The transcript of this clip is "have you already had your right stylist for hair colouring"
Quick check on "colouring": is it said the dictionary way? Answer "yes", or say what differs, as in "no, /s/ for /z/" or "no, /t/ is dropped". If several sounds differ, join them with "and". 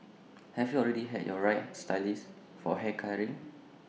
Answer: no, /l/ is dropped